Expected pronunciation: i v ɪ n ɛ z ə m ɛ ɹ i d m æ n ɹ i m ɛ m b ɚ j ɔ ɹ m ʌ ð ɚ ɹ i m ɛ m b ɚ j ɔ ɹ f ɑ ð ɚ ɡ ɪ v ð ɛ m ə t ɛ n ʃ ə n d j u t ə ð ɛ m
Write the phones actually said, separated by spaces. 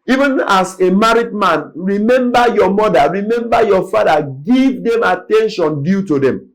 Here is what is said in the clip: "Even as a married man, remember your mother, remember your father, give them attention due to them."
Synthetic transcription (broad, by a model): i v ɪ n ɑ s ə m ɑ ɹ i d m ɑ n ɹ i m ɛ m b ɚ j ɔ m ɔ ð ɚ ɹ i m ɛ m b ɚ j ɔ f ɑ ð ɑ ɡ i v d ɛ m ə t ɛ n ʃ ə n d j u t ə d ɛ m